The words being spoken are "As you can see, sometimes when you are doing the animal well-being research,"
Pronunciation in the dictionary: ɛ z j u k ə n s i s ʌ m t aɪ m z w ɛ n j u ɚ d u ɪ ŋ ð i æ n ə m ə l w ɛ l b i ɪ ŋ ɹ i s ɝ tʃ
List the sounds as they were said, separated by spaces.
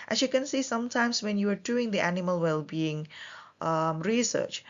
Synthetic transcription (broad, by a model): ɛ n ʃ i k ə n s i s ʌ m t aɪ m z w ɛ n j u ɚ d u ɪ ŋ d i æ n ə m ə l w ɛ l b i ɪ ŋ ɹ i s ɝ tʃ